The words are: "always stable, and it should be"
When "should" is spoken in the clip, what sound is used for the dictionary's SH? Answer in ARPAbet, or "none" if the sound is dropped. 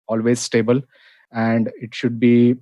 SH